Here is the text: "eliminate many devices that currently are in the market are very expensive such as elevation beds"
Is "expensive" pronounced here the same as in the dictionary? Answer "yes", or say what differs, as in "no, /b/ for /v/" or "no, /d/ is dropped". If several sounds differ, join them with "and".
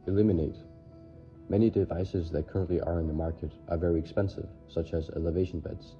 yes